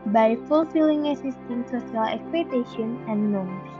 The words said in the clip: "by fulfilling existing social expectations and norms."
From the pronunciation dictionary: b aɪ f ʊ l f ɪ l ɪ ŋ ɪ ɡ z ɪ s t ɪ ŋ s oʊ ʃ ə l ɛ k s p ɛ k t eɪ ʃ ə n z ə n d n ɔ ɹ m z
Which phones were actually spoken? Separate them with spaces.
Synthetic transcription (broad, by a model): b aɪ f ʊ l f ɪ l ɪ ŋ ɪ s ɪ s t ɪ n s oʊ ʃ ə l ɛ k s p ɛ t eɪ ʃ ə n ə n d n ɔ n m